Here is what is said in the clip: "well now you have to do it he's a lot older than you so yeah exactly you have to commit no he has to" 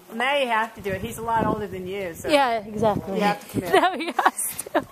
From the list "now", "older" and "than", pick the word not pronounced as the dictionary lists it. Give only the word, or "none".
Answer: none